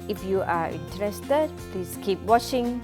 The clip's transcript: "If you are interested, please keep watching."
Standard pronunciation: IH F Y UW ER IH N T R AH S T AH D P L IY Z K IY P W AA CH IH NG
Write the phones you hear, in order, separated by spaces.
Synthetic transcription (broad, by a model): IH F Y UW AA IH N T R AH S T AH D P L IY S K IY P W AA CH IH NG